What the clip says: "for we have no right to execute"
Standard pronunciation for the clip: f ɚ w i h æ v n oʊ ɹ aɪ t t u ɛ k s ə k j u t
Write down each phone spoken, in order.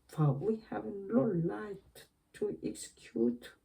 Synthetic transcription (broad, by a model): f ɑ w i h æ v l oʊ l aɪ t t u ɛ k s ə k j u t